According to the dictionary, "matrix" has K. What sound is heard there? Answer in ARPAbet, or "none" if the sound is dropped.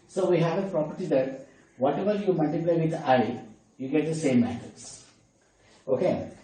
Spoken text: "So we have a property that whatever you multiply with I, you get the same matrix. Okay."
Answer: none